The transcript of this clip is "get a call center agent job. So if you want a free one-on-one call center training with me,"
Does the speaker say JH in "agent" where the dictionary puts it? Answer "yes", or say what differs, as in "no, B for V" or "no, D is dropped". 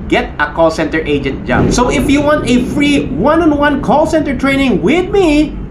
yes